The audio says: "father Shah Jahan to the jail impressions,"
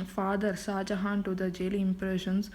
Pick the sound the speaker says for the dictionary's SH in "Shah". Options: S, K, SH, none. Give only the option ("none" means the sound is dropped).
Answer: S